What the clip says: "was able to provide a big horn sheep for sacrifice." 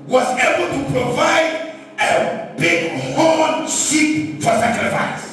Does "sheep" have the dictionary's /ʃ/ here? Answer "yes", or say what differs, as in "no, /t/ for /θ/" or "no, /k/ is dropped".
no, /s/ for /ʃ/